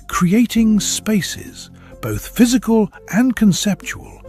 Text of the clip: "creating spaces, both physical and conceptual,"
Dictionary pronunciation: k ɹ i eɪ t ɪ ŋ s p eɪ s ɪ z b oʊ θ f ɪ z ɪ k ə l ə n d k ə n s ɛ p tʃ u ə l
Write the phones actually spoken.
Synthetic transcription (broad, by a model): k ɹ i eɪ t ɪ ŋ s p eɪ s ɪ z b oʊ θ f ɪ z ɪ k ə l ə n k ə n s ɛ p tʃ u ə l